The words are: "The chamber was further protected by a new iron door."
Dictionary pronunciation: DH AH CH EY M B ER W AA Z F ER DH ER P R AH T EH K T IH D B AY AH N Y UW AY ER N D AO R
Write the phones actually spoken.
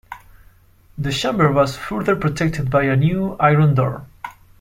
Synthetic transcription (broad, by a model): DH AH SH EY M B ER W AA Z F ER DH ER P R AH T EH K T IH D B AY AH N Y UW AY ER N D AO R